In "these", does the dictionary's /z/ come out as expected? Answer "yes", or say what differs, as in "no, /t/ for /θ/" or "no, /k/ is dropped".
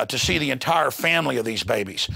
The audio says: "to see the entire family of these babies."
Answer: yes